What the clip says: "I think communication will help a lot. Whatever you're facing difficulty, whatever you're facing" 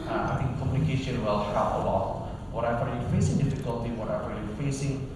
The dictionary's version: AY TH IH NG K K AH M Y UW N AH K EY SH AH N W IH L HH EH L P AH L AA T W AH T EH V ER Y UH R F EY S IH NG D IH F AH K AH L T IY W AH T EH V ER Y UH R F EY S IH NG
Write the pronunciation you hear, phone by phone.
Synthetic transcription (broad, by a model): AY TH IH NG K K AH M Y UW N AH K EY SH AH N W IH L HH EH P AH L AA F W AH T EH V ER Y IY F EY S IH NG D IH F AH K AH L T IY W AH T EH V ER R F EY S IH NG